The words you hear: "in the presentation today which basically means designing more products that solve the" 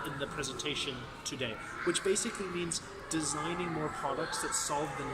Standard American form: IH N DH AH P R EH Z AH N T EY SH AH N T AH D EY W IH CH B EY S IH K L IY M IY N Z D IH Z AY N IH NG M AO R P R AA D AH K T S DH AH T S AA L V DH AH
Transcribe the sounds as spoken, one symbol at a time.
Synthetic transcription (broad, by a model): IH N DH AH P R EH Z AH N T EY SH AH N T AH D EY W IH CH B EY S IH K L IY M IY N Z D IH Z AY N IH NG M AO R P R AA D AH K T S DH AH T S AA L V DH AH